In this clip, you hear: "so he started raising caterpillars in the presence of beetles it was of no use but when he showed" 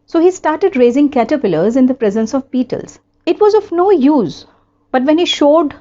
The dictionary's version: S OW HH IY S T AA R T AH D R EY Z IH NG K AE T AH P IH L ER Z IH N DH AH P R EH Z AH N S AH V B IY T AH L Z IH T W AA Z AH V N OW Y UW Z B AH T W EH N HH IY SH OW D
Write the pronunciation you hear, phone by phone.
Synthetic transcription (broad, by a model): S OW HH IY S T AA R T AH D R EY Z IH NG K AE T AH P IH L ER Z IH N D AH P R EH Z AH N S AH V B IY T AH L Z IH T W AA Z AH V N OW Y UW Z B AH T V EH N HH IY SH OW D